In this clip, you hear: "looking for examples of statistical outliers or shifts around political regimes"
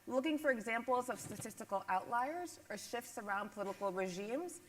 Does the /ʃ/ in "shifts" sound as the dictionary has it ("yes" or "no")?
yes